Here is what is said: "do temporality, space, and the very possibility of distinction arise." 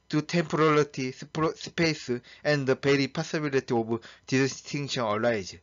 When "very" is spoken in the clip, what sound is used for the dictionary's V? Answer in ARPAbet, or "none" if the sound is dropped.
B